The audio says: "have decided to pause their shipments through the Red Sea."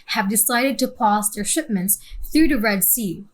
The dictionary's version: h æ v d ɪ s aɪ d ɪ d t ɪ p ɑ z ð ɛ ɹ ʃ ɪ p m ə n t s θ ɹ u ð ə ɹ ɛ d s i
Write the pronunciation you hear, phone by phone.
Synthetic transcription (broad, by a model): h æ v d ɪ s aɪ d ɪ d t ɪ p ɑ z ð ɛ ɹ ʃ ɪ p m ə n t s θ ɹ u ð ə ɹ ɛ d s i